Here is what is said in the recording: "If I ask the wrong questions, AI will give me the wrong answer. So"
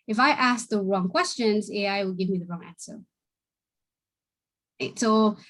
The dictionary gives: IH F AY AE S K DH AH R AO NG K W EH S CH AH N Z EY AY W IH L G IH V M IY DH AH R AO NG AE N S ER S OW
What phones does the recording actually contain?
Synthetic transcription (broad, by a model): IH F AY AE S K DH AH R AO NG K W EH S CH AH N Z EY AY W IH L G IH V M IY DH AH R AO NG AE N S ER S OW